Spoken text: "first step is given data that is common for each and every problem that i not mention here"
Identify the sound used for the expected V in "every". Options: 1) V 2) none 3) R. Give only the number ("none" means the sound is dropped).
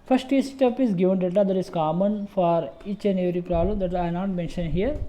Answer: 2